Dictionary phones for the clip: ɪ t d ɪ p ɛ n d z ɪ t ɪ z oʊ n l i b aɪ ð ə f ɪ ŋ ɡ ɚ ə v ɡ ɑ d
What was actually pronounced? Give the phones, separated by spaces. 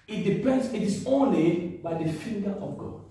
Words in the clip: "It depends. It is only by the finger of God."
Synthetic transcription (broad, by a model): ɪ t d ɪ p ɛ n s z ɪ t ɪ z oʊ n l i b aɪ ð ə f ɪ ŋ ɡ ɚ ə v ɡ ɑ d